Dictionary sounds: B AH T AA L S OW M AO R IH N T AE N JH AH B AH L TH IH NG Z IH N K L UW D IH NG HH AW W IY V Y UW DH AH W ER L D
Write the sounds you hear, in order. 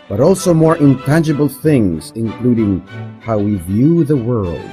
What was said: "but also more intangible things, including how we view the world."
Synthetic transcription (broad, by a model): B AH T AA L S OW M AO R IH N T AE N JH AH B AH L TH IH NG Z IH N K L UW D IH NG HH AW W IY V Y UW DH AH W ER L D